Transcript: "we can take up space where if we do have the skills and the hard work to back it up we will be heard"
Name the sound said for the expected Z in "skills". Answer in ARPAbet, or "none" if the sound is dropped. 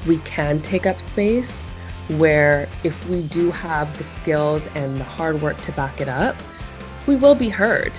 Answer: Z